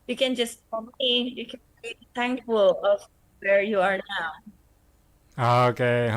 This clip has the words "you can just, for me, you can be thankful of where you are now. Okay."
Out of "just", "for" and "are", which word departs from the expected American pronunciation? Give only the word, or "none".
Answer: for